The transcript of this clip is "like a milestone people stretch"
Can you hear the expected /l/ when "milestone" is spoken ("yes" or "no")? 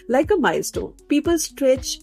no